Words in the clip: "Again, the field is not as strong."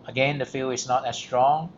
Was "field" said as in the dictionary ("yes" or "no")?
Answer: no